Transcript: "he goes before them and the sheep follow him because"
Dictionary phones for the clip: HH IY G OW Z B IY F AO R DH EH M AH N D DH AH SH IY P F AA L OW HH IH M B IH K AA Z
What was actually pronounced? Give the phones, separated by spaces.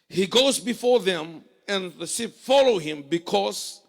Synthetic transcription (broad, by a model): HH IY G OW Z B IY F AO R DH EH M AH N DH AH S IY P F AA L OW HH IH M B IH K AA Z